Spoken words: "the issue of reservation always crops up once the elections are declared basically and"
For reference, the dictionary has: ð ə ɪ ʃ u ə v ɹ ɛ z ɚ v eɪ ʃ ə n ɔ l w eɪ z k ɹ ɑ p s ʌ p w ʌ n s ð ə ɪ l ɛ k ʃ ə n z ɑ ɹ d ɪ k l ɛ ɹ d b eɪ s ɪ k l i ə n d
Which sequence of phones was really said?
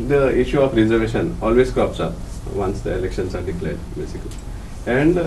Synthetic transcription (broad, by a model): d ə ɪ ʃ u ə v ɹ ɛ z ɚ v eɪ ʃ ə n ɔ l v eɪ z k ɑ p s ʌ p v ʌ n s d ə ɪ l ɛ k ʃ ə n s ɑ ɹ d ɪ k l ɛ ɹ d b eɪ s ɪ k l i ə n d